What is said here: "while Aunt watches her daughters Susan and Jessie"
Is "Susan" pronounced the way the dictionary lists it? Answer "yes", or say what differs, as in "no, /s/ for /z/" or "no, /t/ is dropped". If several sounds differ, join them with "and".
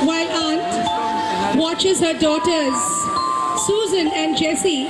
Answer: yes